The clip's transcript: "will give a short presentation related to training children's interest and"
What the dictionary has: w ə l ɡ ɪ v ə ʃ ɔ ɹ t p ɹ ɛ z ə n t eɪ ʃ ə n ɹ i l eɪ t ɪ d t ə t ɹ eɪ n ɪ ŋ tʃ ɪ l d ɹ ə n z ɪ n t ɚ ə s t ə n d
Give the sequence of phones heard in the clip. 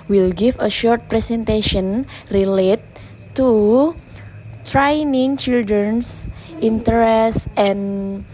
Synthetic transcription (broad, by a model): w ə l ɡ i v ə ʃ ɔ ɹ t p ɹ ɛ s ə n t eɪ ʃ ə n ɹ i l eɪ t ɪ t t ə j n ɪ ŋ tʃ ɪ l d ɹ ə n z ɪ n t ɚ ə s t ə n